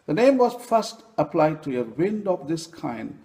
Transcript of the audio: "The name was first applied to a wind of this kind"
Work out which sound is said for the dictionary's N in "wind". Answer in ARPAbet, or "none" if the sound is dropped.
N